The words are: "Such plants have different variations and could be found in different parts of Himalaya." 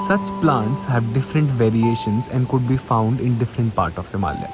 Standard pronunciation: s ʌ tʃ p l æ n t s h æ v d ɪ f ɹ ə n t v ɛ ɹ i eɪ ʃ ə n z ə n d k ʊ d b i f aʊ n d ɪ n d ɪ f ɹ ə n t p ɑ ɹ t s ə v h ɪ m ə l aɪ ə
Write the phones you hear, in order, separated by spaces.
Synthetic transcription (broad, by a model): s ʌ tʃ p l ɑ n t s h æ v d ɪ f ɹ ə n t v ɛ ɹ i eɪ ʃ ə n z ə n d k ʊ d b i f aʊ n d ɪ n d ɪ f ɹ ə n t p ɑ ɹ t ə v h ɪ m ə l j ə